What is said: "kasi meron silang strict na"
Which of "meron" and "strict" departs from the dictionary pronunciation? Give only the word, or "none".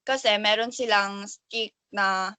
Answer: strict